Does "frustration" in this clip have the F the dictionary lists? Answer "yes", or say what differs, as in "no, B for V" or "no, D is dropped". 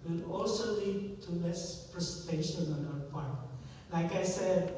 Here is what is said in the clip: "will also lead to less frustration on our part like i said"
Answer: no, P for F